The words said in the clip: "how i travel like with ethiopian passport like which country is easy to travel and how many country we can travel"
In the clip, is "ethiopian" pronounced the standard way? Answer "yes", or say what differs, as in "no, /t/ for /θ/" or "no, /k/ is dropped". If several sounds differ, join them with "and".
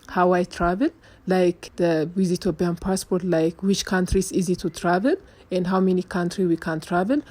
no, /b/ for /p/